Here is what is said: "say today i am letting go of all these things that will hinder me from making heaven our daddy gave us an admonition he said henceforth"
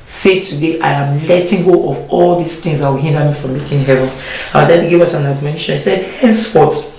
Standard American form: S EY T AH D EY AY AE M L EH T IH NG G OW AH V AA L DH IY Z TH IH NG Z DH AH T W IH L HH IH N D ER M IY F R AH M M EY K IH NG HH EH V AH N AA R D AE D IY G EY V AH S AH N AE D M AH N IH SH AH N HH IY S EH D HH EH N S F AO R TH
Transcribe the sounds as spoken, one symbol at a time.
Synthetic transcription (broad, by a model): S EY T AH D EY AY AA M L EH T IH NG G OW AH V AA L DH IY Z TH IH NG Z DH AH T W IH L HH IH N D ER M IY F R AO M M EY K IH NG HH EH V AH N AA W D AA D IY G EY V AH S AH N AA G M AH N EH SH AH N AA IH S EH D HH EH N S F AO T